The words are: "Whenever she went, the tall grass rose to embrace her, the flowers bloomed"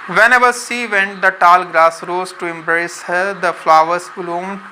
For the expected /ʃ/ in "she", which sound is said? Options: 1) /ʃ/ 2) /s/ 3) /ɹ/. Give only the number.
2